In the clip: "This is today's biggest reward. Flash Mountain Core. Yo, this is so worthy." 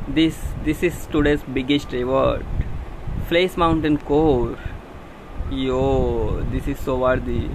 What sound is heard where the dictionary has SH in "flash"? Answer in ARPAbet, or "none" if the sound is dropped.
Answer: S